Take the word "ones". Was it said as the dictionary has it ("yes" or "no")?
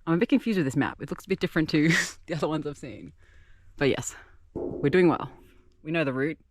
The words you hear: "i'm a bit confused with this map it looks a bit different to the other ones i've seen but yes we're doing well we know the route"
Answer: yes